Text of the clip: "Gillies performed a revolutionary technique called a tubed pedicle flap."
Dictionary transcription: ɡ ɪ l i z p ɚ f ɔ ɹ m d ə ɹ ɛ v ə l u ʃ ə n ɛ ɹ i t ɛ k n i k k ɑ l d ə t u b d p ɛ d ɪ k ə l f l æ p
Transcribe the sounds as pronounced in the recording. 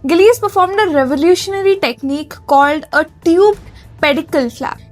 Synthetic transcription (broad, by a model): ɡ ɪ l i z p ɚ f ɔ ɹ m d ə ɹ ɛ v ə l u ʃ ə n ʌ ɹ i t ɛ k n i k k ɑ l d ə t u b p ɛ d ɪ k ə l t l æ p